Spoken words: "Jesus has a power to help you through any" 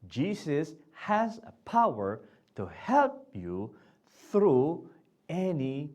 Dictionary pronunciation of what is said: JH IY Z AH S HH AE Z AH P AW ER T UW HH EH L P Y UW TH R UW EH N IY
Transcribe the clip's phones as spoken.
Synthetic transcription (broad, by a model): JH IY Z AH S HH AE Z AH P AW ER T UW HH EH L P Y UW TH R UW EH N IY